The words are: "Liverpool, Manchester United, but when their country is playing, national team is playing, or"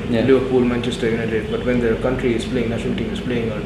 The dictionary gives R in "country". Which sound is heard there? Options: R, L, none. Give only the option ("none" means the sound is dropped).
R